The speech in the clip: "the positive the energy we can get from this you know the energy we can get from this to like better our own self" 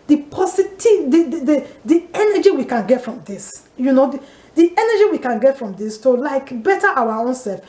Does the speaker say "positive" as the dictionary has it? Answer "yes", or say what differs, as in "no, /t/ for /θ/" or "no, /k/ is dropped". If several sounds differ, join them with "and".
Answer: no, /s/ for /z/